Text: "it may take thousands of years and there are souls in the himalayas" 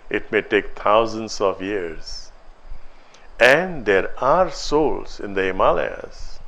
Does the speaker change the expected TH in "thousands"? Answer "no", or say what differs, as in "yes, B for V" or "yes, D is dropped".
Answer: yes, T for TH